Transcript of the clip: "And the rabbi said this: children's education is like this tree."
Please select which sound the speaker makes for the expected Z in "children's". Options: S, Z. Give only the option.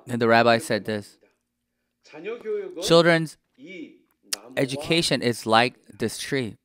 Z